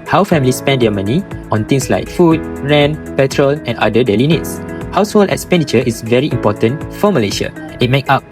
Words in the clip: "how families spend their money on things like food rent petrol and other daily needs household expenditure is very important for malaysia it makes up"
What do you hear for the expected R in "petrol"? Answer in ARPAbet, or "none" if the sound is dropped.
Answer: R